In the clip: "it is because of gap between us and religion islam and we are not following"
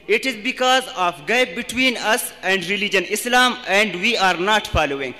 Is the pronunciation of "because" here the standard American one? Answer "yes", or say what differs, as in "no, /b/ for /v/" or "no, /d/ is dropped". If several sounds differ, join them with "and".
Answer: yes